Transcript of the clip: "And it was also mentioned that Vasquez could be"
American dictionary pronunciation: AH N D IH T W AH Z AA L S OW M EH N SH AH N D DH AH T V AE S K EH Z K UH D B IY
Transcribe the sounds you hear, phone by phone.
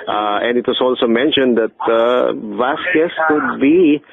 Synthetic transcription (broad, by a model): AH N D IH T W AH S AA L S OW M EH N SH AH N D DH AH T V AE S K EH S K UH D B IY